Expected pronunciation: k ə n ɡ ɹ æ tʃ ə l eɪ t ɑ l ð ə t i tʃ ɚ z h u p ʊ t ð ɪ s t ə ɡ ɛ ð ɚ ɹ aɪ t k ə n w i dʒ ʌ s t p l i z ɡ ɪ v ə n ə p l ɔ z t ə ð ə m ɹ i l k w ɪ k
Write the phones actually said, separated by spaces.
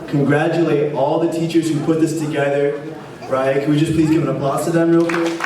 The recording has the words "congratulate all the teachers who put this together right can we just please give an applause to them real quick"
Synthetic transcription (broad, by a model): k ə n ɡ ɹ æ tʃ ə l eɪ t ɑ l ð ə t i tʃ ɚ z h u p ʊ t ð ɪ s t ə ɡ ɛ ð ɚ ɹ aɪ t k ə n w i dʒ ʌ s p l i z ɡ ɪ v ə n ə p ɔ s t ə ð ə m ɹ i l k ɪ